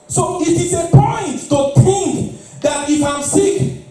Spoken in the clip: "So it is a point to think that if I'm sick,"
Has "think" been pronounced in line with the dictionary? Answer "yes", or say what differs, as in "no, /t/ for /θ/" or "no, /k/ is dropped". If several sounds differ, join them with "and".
no, /t/ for /θ/